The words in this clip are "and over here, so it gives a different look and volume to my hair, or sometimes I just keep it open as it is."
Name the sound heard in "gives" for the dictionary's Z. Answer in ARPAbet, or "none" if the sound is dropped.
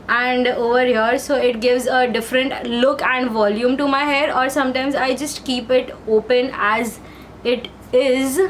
Z